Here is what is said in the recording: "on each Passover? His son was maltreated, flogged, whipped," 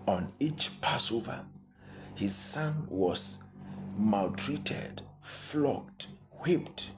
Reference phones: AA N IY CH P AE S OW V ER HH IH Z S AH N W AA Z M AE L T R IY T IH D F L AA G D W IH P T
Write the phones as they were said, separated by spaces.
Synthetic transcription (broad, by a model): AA N IY CH P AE S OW V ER HH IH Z S AH N W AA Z M AE L T R IY T IH D F L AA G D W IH P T